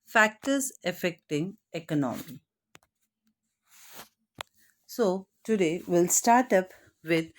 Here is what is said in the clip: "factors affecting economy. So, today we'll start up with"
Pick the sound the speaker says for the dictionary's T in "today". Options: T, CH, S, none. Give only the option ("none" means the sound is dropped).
T